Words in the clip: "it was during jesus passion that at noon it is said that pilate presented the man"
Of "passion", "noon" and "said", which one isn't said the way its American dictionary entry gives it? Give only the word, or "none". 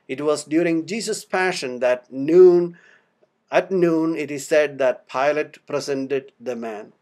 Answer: none